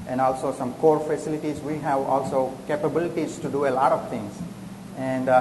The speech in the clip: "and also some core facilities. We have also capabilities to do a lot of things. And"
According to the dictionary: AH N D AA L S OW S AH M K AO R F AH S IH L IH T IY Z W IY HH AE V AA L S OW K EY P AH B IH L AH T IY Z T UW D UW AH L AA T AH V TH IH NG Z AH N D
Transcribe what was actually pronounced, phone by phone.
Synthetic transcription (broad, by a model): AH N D AA L S OW S AH M K AO R F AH S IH L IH T IY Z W IY HH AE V AA L S OW K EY P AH B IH L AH T IY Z T UW D UW AH L AA T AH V T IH NG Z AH N D